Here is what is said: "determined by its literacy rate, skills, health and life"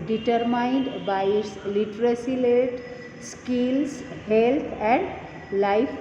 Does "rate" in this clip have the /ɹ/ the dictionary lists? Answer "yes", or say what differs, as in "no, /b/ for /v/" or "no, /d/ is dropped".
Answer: no, /l/ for /ɹ/